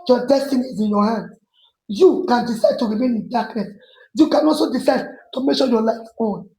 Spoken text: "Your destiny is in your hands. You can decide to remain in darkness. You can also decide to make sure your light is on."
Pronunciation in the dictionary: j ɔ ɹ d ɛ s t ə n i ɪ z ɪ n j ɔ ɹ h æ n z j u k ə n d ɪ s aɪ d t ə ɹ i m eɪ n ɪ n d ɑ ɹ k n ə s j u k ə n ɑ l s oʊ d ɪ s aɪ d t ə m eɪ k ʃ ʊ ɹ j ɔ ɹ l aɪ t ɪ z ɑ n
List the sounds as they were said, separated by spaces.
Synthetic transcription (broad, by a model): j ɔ d ɛ s t ə n i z ɪ n j ɔ h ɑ n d j u k ə n d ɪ s aɪ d t ə ɹ i m eɪ n ɪ n d ɑ k n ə s j u k ə n ɑ l s oʊ d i s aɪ d t ə m eɪ k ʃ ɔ j ɔ l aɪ ɪ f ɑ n